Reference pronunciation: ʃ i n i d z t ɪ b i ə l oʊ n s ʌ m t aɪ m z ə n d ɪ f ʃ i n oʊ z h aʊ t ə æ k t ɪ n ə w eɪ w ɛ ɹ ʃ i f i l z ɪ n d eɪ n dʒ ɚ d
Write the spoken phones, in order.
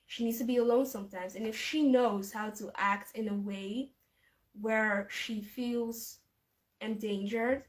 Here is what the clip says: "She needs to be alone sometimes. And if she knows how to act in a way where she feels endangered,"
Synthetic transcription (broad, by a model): ʃ i n i d z t ɪ b i ə l oʊ n s ʌ m t aɪ m z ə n ɪ f ʃ i n oʊ z h aʊ t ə æ k t ɪ n ə w eɪ w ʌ ɹ ʃ i f i l z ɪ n d eɪ n dʒ ɚ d